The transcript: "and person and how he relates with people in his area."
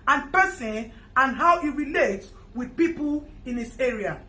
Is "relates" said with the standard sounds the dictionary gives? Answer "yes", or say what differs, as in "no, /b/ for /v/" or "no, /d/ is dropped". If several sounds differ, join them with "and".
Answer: no, /s/ is dropped